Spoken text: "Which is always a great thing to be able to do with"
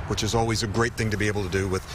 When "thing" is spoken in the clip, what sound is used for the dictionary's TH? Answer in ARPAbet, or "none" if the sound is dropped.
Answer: TH